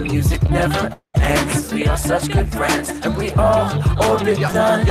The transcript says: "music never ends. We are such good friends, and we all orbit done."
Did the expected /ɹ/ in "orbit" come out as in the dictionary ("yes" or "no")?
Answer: no